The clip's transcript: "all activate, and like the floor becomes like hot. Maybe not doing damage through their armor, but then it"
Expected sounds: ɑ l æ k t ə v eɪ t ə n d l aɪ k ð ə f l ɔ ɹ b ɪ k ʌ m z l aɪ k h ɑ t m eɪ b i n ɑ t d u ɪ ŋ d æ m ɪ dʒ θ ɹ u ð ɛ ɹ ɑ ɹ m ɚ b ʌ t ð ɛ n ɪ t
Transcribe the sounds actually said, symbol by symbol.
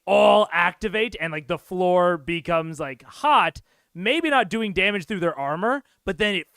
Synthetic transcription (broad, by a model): ɑ l æ k t ə v eɪ t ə n l aɪ k ð ə f l ɔ ɹ b ɪ k ʌ m z l aɪ k h ɑ t m eɪ b i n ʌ t d u ɪ ŋ d æ m ɪ dʒ θ ɹ u ð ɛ ɹ ɑ ɹ m ɚ b ʌ t ð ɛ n ɪ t